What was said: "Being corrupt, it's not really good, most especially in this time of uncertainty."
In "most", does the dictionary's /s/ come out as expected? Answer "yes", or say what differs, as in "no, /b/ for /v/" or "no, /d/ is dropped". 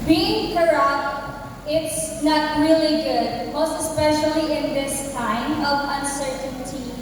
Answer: no, /s/ is dropped